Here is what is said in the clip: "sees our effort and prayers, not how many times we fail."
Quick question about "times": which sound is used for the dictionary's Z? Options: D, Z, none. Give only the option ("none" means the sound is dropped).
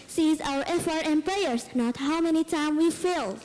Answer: none